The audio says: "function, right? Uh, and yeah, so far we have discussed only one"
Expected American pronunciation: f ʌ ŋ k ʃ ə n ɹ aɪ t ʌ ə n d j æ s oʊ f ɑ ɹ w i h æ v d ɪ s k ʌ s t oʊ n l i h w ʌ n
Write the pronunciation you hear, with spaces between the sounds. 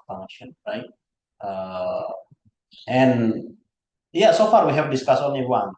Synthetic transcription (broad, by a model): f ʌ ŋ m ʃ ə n ɹ aɪ t ʌ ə n j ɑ s oʊ f ɑ ɹ w i h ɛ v d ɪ s k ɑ s oʊ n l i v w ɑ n